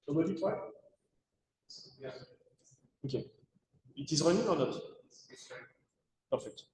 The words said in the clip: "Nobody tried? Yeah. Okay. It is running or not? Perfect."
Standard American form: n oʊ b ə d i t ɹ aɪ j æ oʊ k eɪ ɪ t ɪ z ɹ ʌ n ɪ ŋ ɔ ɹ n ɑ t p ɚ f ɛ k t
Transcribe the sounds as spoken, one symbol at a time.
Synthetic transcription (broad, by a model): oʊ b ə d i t w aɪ oʊ k eɪ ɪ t ɪ z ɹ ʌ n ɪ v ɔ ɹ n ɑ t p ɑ f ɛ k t